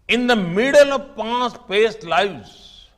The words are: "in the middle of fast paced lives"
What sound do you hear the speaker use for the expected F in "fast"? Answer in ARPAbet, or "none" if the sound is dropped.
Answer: P